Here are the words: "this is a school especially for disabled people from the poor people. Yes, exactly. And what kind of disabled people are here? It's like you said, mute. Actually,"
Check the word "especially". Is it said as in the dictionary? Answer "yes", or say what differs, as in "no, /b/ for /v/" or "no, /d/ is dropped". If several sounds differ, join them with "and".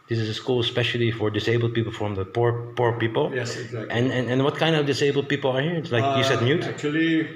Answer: yes